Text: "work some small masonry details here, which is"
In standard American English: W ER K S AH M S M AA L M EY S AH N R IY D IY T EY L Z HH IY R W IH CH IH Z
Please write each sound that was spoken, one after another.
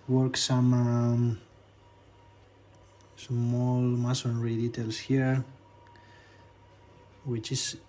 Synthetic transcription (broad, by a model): W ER K S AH M S M AA L M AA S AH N R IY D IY T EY L S HH IY R W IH CH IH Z